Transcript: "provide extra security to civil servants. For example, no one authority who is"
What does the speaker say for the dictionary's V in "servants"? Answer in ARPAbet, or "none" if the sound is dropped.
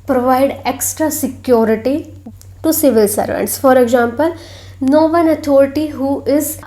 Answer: V